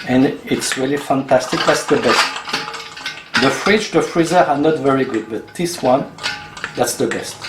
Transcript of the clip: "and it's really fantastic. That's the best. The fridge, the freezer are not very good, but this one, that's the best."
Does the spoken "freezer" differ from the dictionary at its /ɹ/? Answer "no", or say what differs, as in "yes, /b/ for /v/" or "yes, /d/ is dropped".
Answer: no